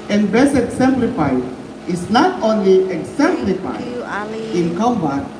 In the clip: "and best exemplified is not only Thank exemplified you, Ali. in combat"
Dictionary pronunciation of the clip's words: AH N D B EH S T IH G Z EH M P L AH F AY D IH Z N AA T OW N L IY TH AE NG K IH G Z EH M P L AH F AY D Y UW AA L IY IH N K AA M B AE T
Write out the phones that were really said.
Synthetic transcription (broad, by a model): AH N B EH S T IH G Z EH M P L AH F AY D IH S N AA T OW N L IY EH K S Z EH M P L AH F AY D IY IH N K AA M B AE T